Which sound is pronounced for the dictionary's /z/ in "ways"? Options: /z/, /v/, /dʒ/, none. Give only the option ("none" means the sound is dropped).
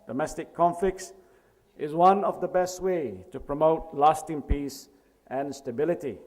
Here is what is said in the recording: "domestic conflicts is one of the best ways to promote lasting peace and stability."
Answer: none